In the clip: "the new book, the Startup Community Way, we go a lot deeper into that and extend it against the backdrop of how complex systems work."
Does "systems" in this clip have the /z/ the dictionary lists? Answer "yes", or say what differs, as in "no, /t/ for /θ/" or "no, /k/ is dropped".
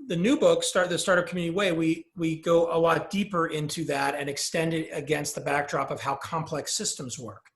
yes